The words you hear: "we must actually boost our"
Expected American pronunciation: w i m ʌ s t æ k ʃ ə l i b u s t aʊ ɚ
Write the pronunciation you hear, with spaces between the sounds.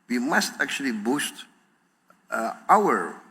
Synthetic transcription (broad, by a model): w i m ʌ s t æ k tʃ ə l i b u s t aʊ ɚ